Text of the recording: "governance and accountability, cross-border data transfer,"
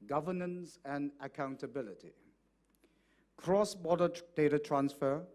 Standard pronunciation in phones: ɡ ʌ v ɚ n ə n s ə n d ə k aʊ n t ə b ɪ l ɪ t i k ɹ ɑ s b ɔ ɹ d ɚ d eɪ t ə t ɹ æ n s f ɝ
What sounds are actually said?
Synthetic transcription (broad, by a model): ɡ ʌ v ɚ n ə n s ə n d ə k aʊ n t ə b ɪ l ɪ t i k ɹ ɑ s b ɔ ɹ d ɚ d eɪ t ə t ɹ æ n s f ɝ